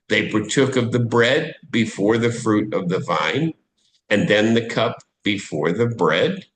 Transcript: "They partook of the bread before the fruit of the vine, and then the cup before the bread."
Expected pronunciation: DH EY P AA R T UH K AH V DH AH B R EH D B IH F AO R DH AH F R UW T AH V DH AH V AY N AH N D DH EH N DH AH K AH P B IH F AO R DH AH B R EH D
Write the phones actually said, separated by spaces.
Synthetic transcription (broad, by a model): DH EY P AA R T UH K AH V DH AH B R EH D B IH F AO R DH AH F R UW T AH V DH AH V AY N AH N DH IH N DH AH K AH P B IH F AO R DH AH B R EH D